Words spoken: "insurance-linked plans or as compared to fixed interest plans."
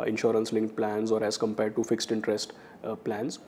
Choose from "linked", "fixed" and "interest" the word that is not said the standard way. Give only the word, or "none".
none